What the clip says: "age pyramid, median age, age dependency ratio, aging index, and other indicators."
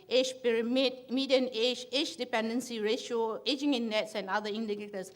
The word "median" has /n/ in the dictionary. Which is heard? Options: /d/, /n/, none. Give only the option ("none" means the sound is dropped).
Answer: /n/